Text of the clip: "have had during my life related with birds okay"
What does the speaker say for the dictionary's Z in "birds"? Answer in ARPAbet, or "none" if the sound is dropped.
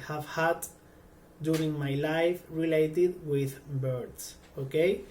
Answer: S